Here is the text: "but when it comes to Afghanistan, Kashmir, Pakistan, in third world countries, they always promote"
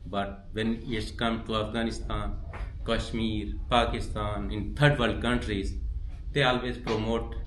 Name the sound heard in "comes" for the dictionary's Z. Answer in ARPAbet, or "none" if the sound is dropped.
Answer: none